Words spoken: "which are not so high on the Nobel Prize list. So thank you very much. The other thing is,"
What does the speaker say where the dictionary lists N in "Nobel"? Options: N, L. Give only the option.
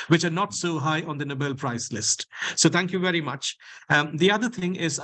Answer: N